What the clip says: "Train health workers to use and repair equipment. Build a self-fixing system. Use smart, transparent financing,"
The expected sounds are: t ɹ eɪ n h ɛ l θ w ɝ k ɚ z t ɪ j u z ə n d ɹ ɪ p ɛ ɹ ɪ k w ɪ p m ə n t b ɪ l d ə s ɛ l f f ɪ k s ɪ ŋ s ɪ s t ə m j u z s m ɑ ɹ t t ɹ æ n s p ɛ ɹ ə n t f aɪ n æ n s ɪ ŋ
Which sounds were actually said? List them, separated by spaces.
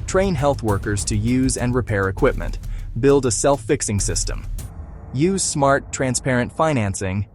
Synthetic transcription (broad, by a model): t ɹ eɪ n h ɛ l θ w ɝ k ɚ z t ɪ j u z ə n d ɹ ɪ p ɛ ɹ ɪ k w ɪ p m ə n t b ɪ l d ə s ɛ l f f ɪ k s ɪ ŋ s ɪ s t ə m j u z s m ɑ ɹ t t ɹ æ n s p ɛ ɹ ə n t f aɪ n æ n s ɪ ŋ